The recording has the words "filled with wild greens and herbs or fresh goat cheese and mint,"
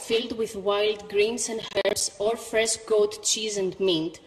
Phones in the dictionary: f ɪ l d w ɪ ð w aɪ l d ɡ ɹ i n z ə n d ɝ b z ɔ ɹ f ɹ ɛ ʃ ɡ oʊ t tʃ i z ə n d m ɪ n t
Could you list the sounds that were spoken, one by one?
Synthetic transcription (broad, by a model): f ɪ l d w ɪ ð w aɪ l d ɡ ɹ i n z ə n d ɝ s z ɔ ɹ f ɹ ɛ ʃ ɡ oʊ t tʃ i z ə n d m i n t